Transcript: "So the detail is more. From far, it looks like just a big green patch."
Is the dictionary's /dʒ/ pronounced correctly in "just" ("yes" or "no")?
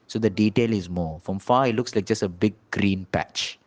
yes